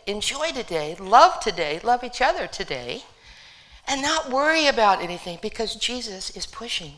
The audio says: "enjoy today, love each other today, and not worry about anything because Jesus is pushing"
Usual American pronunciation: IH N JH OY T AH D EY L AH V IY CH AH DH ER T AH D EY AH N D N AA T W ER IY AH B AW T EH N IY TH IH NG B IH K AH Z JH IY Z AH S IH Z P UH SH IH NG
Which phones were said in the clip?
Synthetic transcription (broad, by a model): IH N JH OY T AH D EY L AH V IY CH AH DH ER T AH D EY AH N N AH T W ER IY AH B AW T EH N IY TH IH NG B IH K AH Z JH IY Z AH S IH Z P UH SH IH NG